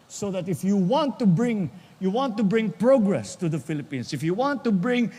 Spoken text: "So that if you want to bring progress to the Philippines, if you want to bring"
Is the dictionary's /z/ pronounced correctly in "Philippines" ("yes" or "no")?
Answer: no